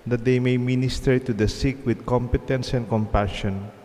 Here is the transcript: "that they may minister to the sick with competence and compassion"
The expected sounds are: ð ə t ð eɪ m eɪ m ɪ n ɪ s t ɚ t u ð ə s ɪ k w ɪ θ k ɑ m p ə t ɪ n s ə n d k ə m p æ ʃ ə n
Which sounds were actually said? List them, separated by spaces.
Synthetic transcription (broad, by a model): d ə t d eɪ m eɪ m ɪ n ɪ s t ɚ t u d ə s ɪ k w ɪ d k ɑ m p ə t ɪ n s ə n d k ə m p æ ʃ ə n